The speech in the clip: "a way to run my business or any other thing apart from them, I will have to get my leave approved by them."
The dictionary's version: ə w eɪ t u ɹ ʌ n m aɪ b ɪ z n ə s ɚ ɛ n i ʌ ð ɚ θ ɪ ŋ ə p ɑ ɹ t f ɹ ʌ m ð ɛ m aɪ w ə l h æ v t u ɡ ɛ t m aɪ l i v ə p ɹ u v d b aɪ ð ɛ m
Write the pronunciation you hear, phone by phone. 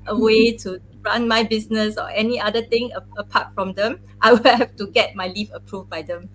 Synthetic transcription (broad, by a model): ə w eɪ t u ɹ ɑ n m aɪ b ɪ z n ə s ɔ ɛ n i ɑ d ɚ t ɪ ŋ ə p ɑ t f ɹ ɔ m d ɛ m aɪ w ə l h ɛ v t u ɡ ɛ t m aɪ l i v ə p ɹ u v b aɪ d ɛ m